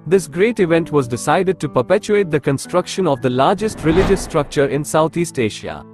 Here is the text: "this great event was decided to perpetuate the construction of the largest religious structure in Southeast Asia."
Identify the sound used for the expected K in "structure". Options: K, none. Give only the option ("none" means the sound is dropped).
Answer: K